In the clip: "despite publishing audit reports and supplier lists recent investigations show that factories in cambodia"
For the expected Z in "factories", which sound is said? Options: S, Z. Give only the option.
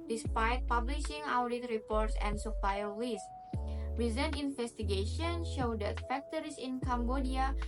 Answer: S